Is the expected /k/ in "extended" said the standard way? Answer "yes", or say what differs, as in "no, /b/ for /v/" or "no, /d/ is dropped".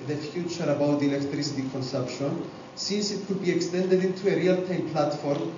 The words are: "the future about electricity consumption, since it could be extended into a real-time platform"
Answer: yes